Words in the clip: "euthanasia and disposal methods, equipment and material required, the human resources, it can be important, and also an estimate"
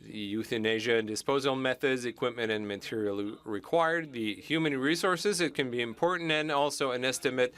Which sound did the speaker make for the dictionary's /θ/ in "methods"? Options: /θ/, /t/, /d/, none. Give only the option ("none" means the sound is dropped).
/θ/